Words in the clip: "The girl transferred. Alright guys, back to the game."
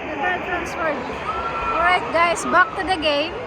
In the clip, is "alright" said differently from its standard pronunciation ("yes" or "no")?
yes